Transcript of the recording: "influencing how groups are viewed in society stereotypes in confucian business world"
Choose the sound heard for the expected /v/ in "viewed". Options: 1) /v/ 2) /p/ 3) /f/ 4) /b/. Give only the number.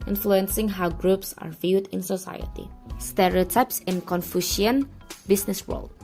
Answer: 1